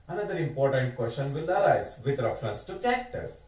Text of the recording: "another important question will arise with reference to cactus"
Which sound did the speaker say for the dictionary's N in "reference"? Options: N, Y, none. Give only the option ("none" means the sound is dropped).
N